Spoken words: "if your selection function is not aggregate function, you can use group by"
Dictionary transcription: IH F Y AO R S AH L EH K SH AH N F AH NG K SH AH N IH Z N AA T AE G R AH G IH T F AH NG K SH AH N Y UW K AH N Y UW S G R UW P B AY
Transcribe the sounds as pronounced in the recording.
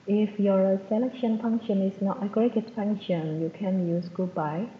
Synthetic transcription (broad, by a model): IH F Y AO R S AH L EH K SH AH N F AH NG K SH AH N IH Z N AA T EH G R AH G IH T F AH NG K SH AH N Y UW K AH N Y UW S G UW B AY